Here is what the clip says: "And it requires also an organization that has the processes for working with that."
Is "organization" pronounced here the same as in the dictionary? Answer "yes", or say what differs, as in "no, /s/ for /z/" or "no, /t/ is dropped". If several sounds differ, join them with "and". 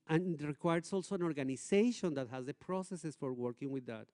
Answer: no, /s/ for /z/